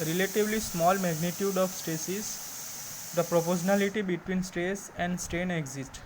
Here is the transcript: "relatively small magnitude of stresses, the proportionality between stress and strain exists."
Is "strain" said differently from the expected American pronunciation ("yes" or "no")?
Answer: yes